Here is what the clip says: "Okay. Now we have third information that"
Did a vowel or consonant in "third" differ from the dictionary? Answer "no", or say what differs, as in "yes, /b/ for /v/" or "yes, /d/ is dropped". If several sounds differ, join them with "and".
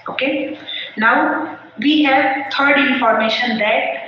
yes, /t/ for /θ/